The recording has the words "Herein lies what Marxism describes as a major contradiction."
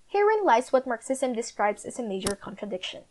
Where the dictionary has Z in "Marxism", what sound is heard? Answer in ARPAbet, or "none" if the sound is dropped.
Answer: S